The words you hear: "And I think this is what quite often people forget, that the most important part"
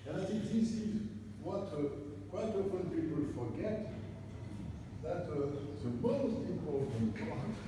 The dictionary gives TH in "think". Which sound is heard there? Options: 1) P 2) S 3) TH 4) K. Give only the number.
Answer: 2